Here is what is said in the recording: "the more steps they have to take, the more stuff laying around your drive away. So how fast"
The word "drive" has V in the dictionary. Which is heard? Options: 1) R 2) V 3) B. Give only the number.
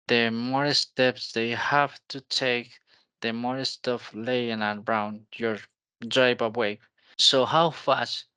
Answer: 3